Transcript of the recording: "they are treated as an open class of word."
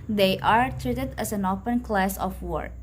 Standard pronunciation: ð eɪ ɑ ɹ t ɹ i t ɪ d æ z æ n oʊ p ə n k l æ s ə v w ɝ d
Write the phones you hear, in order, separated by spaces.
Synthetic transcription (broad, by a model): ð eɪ ɑ ɹ t ɹ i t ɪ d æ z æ n oʊ p ə n k l æ s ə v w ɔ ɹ